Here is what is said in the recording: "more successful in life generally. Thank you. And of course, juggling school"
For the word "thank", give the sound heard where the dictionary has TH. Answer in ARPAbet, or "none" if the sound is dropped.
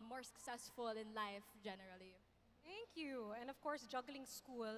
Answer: T